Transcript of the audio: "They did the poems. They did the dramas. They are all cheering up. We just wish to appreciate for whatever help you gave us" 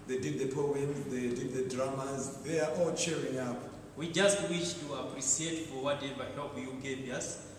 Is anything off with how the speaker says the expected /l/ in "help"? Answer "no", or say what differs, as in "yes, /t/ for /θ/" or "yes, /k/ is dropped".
yes, /l/ is dropped